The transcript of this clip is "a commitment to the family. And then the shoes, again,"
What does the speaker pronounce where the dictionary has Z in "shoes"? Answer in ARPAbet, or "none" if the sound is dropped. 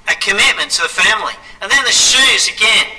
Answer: Z